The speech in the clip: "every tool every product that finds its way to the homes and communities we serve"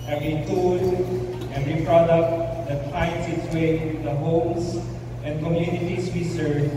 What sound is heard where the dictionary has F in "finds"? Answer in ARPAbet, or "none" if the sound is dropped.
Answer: P